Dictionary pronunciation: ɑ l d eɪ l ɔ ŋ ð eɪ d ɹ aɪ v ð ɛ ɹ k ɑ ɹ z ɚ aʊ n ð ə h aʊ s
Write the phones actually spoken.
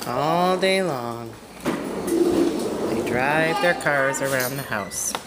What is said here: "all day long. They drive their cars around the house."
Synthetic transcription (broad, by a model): ɑ l d eɪ l ɔ ŋ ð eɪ d ɹ aɪ v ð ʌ ɹ k ɑ ɹ z ɚ aʊ n ð ə h aʊ s